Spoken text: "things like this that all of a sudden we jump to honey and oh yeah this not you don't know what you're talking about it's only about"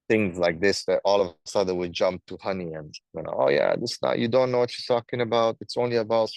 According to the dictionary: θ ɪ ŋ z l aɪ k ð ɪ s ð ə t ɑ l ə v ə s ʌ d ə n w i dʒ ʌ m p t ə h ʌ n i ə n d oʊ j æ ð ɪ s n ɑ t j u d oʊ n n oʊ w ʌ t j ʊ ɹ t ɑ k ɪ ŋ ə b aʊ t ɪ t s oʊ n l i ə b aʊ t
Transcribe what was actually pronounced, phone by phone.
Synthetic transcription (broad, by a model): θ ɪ ŋ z l aɪ k ð ɪ s ð ə t ɑ l ə v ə s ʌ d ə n w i dʒ ʌ m p t ə h ʌ n i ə n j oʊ j æ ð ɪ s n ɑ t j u d oʊ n n oʊ w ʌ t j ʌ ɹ t ɑ k ɪ ŋ ə b aʊ t ɪ t s oʊ n l i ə b aʊ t